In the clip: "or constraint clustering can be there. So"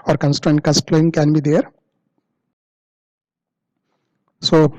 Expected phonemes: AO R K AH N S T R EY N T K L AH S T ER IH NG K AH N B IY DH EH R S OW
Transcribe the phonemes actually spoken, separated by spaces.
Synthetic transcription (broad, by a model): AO R K AH N S T R EY N T K AH S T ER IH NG K AH N B IY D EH R S OW